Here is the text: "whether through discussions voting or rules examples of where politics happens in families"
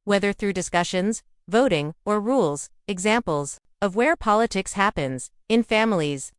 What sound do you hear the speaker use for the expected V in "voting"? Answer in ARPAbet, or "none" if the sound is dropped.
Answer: V